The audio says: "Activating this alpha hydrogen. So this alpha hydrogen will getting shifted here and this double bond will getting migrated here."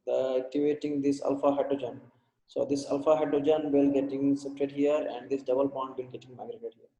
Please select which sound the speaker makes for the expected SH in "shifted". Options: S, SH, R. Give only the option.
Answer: S